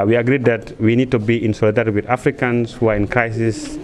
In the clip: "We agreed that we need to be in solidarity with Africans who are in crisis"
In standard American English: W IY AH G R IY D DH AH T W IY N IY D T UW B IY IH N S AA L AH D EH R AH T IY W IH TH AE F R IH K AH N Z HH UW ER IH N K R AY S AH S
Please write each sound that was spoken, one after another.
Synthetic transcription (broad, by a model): W IY AH G R IY D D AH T W IY N IY D T UW B IY IH N S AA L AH D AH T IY W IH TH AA F R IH K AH N S HH UW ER IH N K R AY S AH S